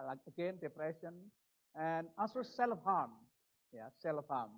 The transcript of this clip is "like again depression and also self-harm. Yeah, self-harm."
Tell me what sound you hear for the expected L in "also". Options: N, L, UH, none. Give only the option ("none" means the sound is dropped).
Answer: N